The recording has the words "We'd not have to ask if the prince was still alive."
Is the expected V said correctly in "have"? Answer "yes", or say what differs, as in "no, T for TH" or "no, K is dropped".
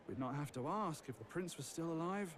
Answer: no, F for V